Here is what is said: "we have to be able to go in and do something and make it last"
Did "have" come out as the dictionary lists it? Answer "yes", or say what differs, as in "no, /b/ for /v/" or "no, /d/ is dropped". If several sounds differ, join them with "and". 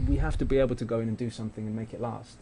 no, /f/ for /v/